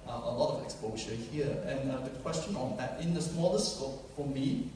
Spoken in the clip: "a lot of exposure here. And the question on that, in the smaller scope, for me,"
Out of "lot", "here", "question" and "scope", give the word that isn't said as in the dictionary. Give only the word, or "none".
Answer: scope